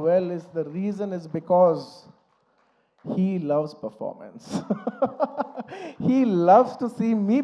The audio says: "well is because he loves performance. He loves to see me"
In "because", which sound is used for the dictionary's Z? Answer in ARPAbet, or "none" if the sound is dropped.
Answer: Z